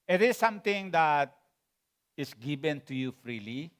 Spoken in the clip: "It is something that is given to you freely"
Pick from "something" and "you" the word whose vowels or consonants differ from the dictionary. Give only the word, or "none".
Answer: something